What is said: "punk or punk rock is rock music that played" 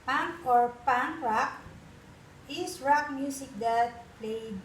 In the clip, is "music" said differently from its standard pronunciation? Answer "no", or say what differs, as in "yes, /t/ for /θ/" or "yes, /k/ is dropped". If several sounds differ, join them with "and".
yes, /s/ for /z/